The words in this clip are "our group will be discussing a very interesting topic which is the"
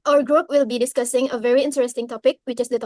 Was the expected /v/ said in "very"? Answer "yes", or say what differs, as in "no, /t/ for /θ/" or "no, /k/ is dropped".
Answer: yes